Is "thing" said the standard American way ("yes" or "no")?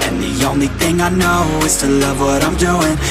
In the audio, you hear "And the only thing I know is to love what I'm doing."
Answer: yes